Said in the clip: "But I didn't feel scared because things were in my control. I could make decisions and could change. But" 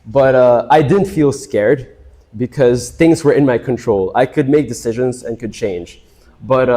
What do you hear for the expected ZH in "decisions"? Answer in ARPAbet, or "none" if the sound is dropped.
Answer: ZH